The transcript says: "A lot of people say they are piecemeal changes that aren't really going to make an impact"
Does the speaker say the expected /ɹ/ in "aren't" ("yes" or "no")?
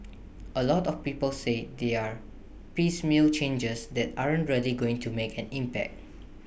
yes